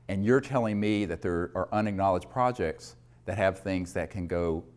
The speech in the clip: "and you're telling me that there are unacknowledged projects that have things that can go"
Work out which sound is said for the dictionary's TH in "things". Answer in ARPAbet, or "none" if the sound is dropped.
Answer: TH